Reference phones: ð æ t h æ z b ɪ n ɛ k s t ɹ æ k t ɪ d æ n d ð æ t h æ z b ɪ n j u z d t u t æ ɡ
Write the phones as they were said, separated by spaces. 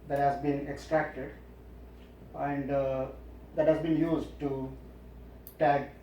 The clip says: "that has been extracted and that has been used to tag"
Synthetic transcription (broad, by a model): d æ t h æ z b ɪ n ɛ k s t ɹ æ k t ɪ d æ n d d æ t h æ z b ɪ n j u z d t u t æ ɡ